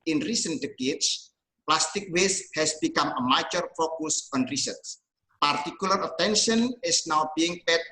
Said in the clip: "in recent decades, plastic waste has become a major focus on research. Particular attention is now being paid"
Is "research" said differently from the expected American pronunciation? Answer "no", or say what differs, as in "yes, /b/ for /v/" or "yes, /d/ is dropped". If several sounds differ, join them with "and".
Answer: yes, /s/ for /tʃ/